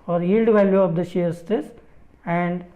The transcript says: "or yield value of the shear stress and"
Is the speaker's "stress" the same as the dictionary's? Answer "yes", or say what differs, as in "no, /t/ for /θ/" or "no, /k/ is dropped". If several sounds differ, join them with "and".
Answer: no, /ɹ/ is dropped